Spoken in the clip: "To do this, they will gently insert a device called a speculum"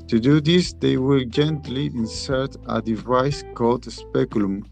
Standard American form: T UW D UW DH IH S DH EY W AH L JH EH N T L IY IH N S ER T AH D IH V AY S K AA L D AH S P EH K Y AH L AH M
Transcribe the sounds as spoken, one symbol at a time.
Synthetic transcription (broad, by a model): T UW D UW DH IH S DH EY W AH L JH EH N T L IY IH N S ER T AH D IH V AY S K AA L D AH S P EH K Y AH L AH M